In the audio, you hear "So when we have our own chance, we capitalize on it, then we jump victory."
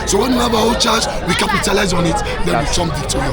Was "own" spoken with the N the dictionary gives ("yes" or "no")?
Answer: no